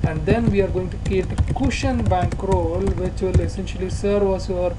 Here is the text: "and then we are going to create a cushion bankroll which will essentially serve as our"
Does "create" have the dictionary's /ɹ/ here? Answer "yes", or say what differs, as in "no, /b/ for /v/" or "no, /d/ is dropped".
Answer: no, /ɹ/ is dropped